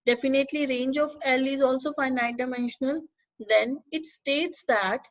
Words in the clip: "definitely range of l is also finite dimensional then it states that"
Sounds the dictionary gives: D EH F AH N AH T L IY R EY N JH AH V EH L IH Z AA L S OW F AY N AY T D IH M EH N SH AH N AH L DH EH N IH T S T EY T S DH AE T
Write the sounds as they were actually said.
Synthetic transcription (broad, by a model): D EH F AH N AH T L IY R EY N JH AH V EH L IH Z AA L S OW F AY N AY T D IH M EH N SH AH N AH L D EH N IH T S T EY T S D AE T